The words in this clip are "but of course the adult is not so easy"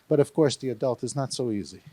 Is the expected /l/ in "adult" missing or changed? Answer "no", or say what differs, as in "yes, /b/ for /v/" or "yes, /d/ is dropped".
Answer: no